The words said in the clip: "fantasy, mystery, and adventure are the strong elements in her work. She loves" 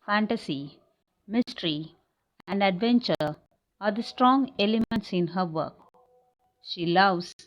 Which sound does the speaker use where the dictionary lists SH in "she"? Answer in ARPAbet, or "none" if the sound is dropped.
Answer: SH